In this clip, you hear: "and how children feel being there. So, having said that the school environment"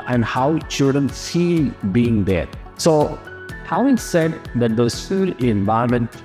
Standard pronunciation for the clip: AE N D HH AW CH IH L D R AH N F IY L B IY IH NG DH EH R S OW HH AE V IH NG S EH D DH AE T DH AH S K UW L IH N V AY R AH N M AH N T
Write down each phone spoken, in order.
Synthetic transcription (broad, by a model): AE N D HH AW CH IH L D R AH N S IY B IY IH NG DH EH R S OW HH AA IH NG S EH D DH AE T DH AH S UW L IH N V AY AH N M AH N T